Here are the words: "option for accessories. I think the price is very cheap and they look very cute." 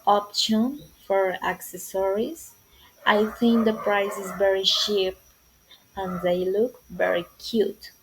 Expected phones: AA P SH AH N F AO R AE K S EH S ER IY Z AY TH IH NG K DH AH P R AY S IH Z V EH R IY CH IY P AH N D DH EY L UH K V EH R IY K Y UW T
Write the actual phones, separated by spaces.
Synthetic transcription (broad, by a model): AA P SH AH N F AO R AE K S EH S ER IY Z AY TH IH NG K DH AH P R AY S IH Z V EH R IY SH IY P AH N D DH EY L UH K V EH R IY K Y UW T